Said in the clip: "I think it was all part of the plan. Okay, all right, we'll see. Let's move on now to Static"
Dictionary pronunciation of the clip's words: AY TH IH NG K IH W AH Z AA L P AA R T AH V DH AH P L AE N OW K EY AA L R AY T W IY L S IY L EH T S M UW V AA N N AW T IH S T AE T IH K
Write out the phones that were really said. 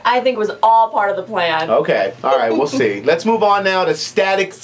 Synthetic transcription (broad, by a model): AY TH IH NG K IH W AH Z AA L P AA R T AH V DH AH P L AE N OW K EY AA L R AY T W IY L S IY L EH T S M UW V N N AW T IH S T AE T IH K